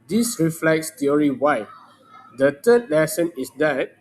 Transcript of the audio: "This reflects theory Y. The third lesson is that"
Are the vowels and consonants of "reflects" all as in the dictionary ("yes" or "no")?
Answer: yes